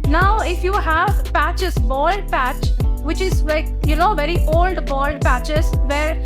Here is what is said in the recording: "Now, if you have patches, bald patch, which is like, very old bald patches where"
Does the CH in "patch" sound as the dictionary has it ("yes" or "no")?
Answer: yes